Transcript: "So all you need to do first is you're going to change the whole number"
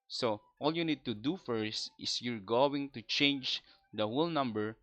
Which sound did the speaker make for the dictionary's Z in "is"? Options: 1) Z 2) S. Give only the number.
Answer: 2